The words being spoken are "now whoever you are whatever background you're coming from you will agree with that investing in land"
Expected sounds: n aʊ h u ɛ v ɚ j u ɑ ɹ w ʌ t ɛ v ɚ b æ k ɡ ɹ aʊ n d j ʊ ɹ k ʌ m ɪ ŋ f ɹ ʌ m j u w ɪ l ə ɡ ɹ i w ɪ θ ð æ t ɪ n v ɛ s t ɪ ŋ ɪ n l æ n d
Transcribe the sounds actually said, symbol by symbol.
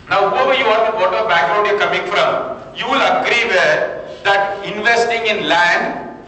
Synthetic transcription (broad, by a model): n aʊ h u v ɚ j u ɑ ɹ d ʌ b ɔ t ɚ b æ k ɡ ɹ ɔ d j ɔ k ʌ m ɪ ŋ f ɹ ʌ m j u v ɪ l ə ɡ ɹ i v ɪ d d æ t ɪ n v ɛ s t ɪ ŋ ɪ n l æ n